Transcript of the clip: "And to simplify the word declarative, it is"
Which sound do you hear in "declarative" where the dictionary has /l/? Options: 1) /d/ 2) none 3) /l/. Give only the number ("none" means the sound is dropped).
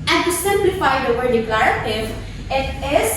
3